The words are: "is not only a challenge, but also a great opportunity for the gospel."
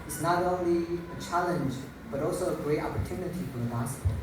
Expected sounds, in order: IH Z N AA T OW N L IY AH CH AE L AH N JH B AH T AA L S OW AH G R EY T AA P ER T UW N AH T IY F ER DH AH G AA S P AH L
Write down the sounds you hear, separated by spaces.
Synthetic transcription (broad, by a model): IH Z N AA T OW N L IY AH CH AE L AH N JH B AH T AA L S OW AH G R EY T AA P ER T UW N AH T IY F ER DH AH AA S